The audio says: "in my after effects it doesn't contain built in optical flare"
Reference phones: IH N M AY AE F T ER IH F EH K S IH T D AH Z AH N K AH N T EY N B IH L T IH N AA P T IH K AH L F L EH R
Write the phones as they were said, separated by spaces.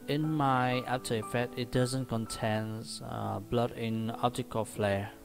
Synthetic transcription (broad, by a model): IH N M AY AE P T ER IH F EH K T IH T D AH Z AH N K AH N T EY N B L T IH N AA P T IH K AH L F L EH